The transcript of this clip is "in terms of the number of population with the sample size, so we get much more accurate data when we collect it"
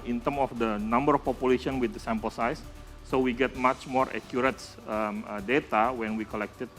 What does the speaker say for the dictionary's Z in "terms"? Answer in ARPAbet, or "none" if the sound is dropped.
none